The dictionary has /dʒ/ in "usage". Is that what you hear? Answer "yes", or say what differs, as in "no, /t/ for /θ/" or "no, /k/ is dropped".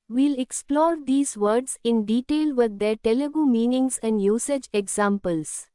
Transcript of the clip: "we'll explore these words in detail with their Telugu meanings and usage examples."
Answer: yes